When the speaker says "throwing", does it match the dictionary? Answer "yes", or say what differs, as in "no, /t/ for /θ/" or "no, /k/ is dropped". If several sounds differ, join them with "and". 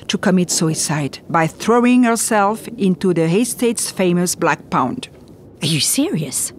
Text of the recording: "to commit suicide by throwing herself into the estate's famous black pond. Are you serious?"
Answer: yes